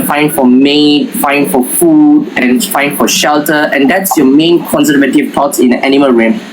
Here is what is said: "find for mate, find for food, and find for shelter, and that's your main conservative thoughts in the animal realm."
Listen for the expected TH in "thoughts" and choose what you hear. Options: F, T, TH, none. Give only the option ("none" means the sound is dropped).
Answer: T